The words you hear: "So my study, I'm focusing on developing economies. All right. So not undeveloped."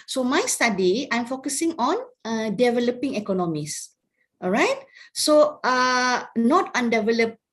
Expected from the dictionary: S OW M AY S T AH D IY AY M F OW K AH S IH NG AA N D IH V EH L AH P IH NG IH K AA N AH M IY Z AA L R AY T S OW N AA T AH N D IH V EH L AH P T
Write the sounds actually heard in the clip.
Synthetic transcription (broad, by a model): S OW M AY S T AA D IY AY M F OW K AH S IH NG AA N D IH V EH L AH P IH NG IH K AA N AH M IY S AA R AY T S OW N AA T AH N D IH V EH L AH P